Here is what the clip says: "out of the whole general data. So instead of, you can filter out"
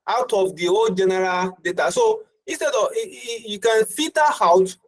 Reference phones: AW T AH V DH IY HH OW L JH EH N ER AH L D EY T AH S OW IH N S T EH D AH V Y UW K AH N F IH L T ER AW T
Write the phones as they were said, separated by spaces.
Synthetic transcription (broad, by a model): AW T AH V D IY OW JH EH N ER AH L D EY T AH S OW IH N S T EH D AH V Y UW K AH N F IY T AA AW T